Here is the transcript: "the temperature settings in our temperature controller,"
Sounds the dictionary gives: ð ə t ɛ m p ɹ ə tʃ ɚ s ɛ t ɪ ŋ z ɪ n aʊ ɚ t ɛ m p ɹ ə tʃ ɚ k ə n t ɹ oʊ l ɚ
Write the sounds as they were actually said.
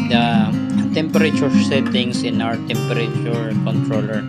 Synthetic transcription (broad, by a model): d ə t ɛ m p ɹ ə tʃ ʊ s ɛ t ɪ ŋ s ɪ n aʊ ɚ t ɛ m p ɹ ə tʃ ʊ k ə n t ɹ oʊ l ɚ